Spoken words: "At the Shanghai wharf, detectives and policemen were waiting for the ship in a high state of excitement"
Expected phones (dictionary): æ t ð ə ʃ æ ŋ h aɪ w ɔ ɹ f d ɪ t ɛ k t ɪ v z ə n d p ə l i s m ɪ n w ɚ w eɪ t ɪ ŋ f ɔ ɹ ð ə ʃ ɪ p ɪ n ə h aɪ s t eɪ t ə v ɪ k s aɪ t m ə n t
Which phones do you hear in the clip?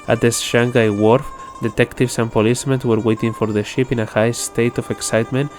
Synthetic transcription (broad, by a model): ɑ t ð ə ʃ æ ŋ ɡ aɪ w ɔ ɹ f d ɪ t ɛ k t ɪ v s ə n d p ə l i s m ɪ n w ɚ w eɪ t ɪ ŋ f ɔ ɹ ð ə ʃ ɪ p ɪ n ə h aɪ s t eɪ t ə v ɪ k s aɪ t m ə n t